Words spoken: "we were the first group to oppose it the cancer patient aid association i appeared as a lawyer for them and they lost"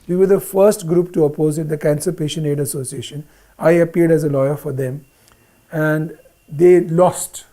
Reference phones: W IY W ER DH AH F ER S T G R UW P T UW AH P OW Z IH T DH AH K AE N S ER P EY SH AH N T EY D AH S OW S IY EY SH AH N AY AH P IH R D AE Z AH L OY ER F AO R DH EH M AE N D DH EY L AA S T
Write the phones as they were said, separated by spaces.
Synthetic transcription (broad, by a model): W IY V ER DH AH F ER S T G R UW P T UW AH P OW Z IH T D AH K AE N S ER P EY SH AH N EY D AH S OW S IY EY SH AH N AY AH P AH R D AE Z AH L OY ER F AO R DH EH M AE N D EY L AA S T